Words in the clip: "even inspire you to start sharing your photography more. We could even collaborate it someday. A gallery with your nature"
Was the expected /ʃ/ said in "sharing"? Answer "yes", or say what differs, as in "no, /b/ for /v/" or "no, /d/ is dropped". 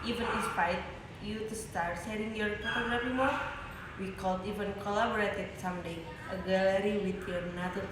no, /s/ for /ʃ/